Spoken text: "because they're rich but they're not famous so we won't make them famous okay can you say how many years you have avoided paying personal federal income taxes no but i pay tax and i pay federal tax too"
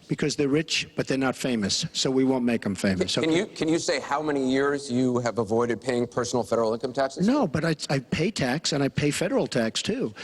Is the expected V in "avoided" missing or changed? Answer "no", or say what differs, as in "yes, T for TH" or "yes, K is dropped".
no